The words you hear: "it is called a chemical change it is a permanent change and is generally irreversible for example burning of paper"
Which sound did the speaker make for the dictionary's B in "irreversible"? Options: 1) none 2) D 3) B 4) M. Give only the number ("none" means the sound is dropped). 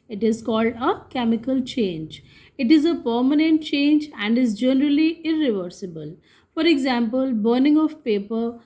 3